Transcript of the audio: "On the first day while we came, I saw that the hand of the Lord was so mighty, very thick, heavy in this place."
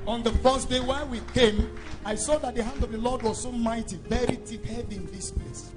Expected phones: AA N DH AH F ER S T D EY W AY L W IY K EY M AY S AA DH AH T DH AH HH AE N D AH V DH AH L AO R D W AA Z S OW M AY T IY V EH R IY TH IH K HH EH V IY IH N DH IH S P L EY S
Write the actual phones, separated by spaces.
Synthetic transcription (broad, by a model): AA N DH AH F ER S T D EY W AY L W IY K EY M AY S AA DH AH T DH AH HH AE N D AH V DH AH L AO D W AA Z S OW M AY T IY V EH R IY T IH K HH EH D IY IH N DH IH S P L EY S